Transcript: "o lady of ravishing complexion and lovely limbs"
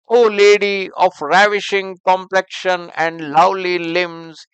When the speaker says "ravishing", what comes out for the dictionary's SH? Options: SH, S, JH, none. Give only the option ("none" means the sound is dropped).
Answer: SH